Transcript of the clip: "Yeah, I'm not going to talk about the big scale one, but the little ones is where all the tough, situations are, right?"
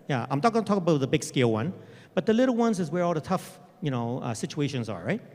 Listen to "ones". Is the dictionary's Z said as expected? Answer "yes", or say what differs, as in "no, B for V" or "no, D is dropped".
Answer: yes